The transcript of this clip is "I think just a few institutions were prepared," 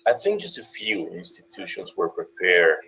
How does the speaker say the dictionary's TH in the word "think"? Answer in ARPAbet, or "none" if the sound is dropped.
TH